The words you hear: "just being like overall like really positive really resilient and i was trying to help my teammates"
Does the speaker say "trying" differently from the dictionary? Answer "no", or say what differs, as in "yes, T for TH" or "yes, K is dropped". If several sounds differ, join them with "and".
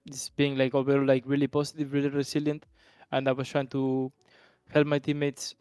no